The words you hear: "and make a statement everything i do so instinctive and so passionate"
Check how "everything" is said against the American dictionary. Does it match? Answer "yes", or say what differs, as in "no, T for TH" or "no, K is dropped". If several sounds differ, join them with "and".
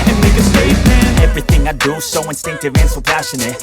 yes